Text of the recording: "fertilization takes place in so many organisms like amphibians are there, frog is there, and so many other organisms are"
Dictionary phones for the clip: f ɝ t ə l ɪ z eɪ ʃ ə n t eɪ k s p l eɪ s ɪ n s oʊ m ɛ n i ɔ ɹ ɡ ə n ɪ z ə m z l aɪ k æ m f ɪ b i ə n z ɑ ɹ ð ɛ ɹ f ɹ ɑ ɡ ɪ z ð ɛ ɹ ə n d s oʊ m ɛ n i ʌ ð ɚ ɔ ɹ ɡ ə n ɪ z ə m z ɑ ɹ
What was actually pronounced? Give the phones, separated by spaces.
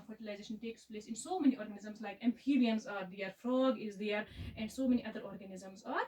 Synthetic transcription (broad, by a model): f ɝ t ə l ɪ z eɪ ʃ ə n t eɪ k s p l eɪ s ɪ n s oʊ m ɛ n i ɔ ɹ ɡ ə n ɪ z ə m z l aɪ k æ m p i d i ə n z ɑ ɹ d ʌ ɹ f ɹ ɑ ɡ ɪ z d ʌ ɹ ə n d s oʊ m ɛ n i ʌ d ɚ ɔ ɹ ɡ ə n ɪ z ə m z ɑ ɹ